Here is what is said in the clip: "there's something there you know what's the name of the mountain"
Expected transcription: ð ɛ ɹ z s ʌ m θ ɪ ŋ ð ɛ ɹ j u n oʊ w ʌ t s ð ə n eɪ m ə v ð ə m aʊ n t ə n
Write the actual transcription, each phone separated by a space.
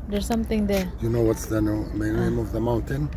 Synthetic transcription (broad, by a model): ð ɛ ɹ s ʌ m t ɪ ŋ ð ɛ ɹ j u n oʊ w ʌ t s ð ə n eɪ m ə v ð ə m aʊ n t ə n